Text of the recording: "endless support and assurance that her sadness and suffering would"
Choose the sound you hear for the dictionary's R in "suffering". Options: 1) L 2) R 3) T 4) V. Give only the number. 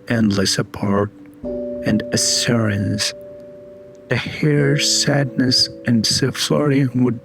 1